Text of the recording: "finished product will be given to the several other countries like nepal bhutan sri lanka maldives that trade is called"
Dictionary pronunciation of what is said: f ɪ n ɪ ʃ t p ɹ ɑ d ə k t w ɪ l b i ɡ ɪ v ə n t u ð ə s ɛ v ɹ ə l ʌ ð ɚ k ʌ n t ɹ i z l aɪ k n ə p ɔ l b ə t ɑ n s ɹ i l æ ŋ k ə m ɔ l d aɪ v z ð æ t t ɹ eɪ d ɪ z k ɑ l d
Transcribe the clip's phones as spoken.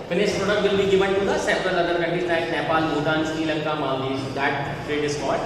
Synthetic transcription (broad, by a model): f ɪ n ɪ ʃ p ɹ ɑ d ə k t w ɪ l b i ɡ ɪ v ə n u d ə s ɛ p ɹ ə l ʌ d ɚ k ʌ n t i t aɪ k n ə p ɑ l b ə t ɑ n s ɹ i l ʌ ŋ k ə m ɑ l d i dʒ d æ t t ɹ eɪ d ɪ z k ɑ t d